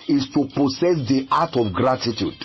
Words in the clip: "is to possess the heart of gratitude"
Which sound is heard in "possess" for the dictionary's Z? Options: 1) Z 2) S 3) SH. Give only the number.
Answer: 2